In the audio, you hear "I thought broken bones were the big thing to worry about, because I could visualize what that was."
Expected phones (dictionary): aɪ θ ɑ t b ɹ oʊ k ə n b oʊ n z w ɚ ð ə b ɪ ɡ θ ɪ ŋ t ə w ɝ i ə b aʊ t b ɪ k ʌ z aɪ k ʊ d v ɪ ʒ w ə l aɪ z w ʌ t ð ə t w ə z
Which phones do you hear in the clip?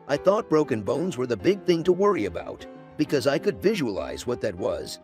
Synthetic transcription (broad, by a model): aɪ θ ɑ t b ɹ oʊ k ə n b oʊ n z w ɚ ð ə b ɪ ɡ θ ɪ ŋ t ə w ɝ i ə b aʊ t b ɪ k ʌ z aɪ k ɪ d v ɪ ʒ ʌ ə l aɪ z w ʌ t ð ə t w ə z